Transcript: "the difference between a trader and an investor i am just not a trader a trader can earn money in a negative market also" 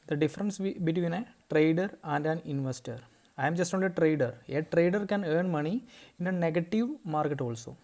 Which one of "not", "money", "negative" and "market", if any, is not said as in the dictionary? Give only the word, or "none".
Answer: not